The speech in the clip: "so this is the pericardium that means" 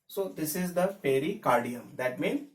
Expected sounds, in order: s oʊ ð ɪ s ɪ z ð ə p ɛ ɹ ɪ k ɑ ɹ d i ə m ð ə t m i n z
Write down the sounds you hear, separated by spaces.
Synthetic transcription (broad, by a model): s oʊ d ɪ s ɪ z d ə f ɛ ɹ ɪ k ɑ ɹ d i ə m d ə t m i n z